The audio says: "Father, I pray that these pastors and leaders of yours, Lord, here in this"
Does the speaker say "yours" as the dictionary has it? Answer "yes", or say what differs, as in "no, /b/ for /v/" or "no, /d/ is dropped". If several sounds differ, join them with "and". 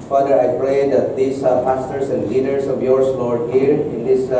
no, /s/ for /z/